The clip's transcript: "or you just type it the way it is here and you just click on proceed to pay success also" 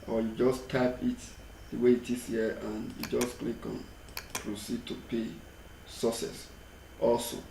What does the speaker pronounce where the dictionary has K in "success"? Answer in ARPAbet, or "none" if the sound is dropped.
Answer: none